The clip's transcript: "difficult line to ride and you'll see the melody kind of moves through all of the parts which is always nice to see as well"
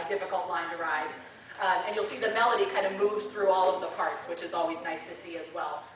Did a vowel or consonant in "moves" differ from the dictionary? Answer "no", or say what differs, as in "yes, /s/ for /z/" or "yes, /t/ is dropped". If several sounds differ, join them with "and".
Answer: no